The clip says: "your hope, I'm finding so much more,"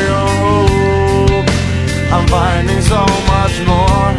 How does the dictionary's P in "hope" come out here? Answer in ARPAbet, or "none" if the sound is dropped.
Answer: none